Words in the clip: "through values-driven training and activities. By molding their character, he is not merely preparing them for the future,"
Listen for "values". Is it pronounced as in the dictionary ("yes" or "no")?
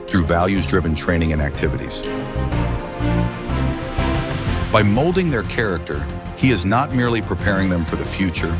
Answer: yes